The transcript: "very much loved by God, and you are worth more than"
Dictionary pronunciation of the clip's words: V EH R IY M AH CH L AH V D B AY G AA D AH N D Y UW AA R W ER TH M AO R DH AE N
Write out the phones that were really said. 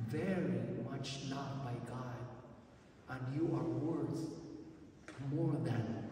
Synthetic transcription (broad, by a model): V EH R IY M AH CH N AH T B AY G AA D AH N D Y UW AA R W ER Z M AO R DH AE N